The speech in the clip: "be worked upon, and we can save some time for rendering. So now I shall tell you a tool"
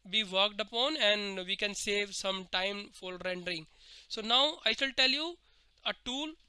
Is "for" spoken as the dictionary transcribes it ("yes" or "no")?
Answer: no